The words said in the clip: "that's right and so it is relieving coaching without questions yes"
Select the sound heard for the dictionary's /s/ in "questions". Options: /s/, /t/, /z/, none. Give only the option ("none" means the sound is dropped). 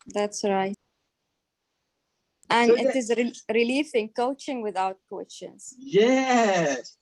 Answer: none